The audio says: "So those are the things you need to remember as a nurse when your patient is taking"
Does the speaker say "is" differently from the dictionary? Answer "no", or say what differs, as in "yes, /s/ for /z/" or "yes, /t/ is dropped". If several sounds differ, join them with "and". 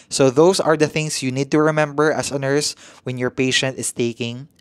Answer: yes, /s/ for /z/